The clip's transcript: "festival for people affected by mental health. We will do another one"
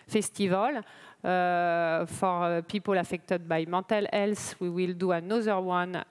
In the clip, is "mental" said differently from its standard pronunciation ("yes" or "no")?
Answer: yes